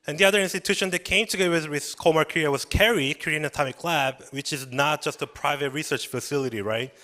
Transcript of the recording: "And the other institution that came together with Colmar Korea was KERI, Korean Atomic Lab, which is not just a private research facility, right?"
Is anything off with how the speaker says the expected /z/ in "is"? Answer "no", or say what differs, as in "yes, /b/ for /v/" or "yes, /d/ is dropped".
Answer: no